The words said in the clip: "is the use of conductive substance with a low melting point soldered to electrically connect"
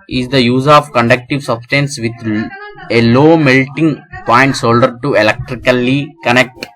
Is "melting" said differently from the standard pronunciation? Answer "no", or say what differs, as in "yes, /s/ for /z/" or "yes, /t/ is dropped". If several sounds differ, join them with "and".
no